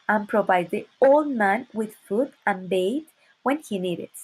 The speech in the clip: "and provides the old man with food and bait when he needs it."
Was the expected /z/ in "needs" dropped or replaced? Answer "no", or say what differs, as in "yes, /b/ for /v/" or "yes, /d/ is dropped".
yes, /z/ is dropped